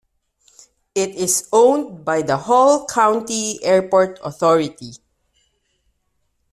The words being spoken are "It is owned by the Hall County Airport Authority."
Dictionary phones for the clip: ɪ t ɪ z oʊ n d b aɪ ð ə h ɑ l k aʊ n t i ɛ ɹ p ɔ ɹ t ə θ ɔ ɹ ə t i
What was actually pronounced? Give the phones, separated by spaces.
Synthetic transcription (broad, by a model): ɪ t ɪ s oʊ n d b aɪ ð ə h ɑ l k aʊ n t i ɛ ɹ p ɔ ɹ t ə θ ɔ ɹ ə t i